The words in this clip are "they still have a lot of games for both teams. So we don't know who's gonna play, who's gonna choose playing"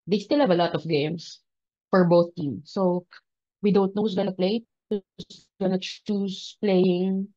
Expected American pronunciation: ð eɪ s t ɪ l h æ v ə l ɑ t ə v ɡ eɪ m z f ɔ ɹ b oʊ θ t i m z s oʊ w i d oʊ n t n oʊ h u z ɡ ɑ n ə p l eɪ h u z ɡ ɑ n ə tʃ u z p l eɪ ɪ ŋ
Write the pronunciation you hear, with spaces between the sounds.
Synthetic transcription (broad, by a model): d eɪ s t ɪ l h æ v ə l ɑ t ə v ɡ eɪ m s f ɔ ɹ b oʊ θ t i m s oʊ w i d oʊ n t n oʊ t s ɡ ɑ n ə p l eɪ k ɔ s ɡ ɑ n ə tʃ u s p l eɪ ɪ ŋ